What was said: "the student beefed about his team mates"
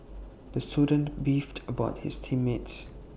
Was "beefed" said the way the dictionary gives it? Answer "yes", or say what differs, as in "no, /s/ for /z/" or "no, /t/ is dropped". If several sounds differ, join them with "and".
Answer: yes